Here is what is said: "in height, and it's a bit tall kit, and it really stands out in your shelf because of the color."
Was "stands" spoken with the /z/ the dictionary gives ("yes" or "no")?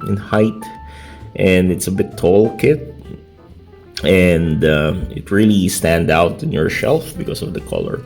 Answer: no